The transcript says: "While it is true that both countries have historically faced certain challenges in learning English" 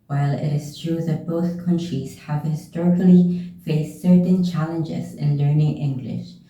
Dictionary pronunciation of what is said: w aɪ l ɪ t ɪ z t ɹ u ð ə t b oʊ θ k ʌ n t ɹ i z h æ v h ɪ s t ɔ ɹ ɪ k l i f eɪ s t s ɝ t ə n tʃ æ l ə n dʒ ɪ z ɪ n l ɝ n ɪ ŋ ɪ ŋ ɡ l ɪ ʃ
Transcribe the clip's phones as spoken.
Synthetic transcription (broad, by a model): w aɪ l ɪ t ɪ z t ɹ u ð ə t b oʊ θ k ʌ n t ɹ i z h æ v h ɪ s t ɔ ɹ ɪ k l i f eɪ s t s ɝ t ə n tʃ æ l ə n dʒ ɪ z ɪ n l ɝ n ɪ ŋ ɪ ŋ ɡ l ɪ ʃ